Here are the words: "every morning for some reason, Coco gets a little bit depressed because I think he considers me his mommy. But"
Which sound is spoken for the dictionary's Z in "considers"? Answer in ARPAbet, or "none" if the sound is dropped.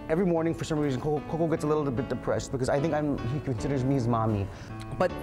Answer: Z